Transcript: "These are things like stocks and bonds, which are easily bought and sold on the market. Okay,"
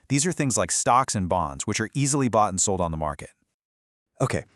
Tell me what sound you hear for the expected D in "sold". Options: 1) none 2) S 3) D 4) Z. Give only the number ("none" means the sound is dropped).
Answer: 3